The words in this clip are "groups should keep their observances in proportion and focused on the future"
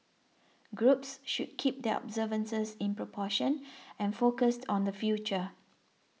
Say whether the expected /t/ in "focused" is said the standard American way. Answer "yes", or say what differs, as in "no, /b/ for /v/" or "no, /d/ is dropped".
yes